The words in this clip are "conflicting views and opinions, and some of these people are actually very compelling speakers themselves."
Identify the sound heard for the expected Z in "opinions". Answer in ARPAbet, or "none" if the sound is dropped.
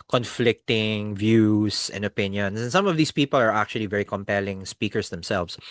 S